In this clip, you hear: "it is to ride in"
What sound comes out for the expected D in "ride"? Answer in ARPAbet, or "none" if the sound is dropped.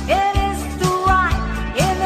none